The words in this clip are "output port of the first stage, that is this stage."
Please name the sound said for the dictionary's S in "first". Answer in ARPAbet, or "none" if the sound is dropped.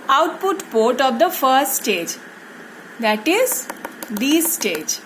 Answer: S